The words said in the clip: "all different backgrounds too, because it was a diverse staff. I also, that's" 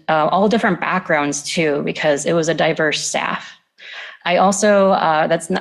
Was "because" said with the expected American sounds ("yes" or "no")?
yes